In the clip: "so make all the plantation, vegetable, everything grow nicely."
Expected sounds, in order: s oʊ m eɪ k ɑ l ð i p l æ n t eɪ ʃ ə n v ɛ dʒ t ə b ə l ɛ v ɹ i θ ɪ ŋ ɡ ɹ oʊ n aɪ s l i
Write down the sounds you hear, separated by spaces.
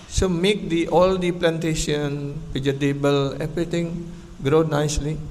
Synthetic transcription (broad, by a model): s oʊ m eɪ k ɑ l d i p l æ n t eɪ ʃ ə n p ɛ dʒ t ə b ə l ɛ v ɹ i t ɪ ŋ ɡ ɹ oʊ n aɪ s l i